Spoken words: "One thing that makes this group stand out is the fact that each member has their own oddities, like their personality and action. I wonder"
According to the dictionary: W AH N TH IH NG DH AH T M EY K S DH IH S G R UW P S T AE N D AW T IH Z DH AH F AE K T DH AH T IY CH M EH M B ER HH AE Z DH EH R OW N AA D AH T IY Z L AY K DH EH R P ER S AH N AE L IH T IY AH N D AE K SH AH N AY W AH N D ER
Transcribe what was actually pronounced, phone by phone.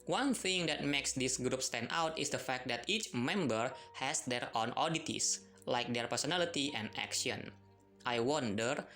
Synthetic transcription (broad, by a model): W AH N TH IH NG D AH T M EY K S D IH S G R UW P S T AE N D AW T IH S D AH F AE K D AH T IY CH M EH M B ER HH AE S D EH R OW N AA D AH T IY S L AY K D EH R P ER S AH N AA L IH T IY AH N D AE K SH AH N AY W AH N D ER